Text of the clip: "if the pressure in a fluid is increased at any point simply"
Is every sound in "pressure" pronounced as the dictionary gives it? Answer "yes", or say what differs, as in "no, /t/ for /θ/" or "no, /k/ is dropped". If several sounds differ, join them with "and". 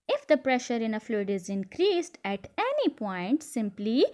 yes